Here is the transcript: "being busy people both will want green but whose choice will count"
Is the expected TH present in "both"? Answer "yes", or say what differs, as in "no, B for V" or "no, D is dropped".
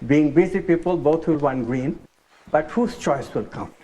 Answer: no, T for TH